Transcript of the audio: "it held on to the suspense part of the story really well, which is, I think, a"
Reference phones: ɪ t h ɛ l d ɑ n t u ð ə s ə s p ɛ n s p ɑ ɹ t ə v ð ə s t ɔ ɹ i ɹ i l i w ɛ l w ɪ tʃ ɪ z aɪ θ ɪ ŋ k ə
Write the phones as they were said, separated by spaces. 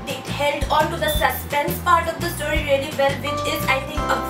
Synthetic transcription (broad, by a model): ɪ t h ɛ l d ɑ n t u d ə s ə s p ɛ n s p ɑ ɹ t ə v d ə s t ɔ ɹ i ɹ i l i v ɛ l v ɪ tʃ ɪ z aɪ t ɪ ŋ k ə